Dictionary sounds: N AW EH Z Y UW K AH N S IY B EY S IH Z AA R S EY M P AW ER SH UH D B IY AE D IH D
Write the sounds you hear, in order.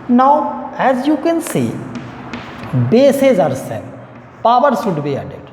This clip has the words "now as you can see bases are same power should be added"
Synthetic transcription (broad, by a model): N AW EH Z Y UW K AH N S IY B EY S IH Z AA R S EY P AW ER S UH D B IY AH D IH